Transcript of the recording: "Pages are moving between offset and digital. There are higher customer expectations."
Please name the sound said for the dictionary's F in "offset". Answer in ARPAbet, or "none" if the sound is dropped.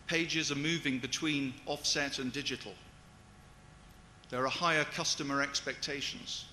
F